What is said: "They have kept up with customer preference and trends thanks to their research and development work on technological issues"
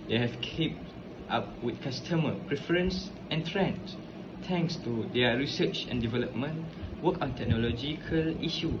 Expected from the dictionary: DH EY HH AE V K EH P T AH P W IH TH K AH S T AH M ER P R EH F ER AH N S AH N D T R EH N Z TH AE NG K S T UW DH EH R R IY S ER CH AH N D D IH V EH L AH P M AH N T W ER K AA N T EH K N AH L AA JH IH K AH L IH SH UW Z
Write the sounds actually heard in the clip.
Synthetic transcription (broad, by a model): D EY HH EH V K EH P T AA P W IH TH K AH S T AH M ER P R EH F ER AH N S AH N T R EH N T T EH NG K S T UW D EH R R IY S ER CH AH N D D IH V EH L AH P M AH N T W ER K AA N T EH K N AH L AA JH IH K AH L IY SH UW